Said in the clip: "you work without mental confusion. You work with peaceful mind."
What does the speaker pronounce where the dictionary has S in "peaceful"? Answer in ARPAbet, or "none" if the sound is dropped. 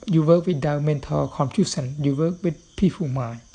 none